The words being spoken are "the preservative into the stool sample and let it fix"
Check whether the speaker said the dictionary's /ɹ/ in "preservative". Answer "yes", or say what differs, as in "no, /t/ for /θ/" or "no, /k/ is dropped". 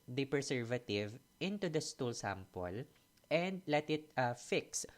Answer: no, /ɹ/ is dropped